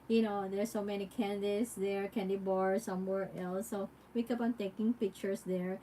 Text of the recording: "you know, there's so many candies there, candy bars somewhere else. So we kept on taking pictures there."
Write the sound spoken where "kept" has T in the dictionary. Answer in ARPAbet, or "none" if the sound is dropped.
none